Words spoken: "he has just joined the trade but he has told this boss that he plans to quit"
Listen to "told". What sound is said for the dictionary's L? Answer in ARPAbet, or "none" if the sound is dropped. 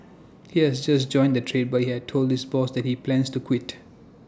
L